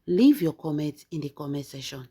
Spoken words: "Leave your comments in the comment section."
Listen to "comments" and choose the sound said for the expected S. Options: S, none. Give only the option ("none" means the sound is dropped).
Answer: none